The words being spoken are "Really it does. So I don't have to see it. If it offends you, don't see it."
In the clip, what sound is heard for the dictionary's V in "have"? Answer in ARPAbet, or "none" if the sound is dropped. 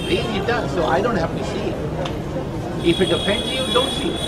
F